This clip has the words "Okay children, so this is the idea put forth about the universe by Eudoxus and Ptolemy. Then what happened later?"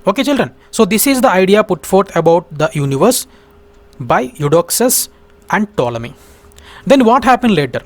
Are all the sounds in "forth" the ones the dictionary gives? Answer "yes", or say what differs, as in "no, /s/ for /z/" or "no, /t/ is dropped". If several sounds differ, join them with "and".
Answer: no, /t/ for /θ/